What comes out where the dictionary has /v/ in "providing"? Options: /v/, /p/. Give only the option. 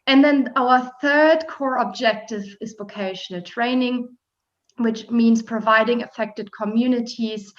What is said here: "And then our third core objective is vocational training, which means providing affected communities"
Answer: /v/